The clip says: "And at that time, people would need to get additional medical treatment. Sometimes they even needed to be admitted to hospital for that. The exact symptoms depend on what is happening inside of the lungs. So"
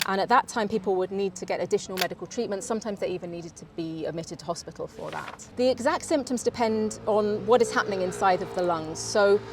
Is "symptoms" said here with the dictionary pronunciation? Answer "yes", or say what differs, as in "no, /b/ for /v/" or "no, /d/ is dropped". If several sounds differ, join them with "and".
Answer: yes